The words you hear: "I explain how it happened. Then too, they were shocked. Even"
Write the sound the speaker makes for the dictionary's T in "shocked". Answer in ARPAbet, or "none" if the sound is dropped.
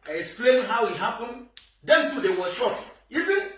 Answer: none